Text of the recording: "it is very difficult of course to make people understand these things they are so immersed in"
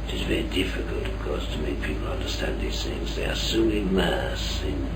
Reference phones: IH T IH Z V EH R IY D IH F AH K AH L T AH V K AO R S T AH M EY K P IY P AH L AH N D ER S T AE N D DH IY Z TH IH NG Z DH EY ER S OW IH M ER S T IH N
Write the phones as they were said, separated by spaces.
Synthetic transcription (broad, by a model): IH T IH Z V EH R IY D IH F AH K AH L T AH V K AO R S T AH M EY K P IY P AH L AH N D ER S T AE N DH IY Z TH IH NG Z DH EY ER S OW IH M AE S IH N